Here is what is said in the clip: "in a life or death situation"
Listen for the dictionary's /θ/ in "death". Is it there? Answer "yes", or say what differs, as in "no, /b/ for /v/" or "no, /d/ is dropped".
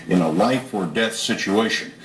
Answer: yes